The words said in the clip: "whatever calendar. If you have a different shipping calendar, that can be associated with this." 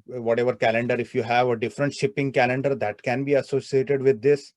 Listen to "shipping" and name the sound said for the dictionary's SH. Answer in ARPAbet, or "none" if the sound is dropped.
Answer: SH